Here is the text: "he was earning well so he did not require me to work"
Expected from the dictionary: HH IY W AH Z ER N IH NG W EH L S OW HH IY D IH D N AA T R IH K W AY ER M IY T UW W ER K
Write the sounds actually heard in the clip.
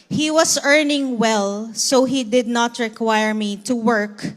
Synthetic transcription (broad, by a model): HH IY W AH S ER N IH NG W EH L S OW HH IY D IH D N AA T R IH K W AY ER M IY T UW W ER K